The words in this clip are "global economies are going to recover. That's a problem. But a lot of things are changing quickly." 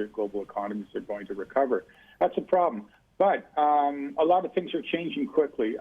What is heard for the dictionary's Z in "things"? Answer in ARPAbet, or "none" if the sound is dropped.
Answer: Z